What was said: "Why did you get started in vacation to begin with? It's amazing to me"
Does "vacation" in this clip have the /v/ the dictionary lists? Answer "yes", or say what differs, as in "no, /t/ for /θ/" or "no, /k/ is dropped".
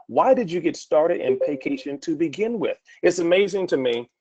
no, /p/ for /v/